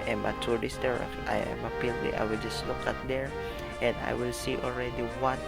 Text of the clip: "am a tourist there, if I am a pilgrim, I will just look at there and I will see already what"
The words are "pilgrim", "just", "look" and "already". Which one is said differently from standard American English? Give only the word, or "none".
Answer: pilgrim